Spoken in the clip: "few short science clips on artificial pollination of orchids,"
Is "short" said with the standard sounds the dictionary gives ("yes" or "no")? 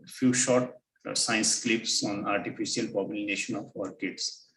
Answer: yes